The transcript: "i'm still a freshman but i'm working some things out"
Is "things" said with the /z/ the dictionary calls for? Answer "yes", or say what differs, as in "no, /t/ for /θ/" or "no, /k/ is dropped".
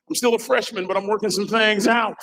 yes